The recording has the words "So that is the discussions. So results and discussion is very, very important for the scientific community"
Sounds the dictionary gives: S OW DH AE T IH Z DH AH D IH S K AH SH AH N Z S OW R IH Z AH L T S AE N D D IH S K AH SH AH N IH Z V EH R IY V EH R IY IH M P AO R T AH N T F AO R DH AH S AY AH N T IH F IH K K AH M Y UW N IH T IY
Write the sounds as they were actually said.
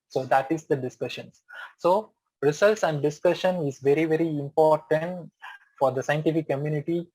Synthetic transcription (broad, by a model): S OW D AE T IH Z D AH D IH S K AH SH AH N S S OW R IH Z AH L T S AE N D D IH S K AH SH AH N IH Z V EH R IY V EH R IY IH M P AO R T AH N T F AO R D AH S AY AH N T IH F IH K K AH M Y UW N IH T IY